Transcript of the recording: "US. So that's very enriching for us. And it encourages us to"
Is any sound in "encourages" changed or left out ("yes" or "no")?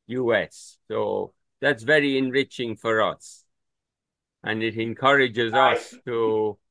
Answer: no